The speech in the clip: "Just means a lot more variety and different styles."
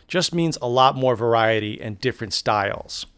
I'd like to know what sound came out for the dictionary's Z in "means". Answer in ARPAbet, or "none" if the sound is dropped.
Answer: Z